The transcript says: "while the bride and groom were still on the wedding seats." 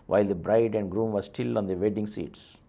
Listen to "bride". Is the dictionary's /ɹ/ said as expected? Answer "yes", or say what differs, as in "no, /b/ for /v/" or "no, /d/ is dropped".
yes